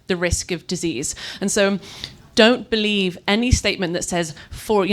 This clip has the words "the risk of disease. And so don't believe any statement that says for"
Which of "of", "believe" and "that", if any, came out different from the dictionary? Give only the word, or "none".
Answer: none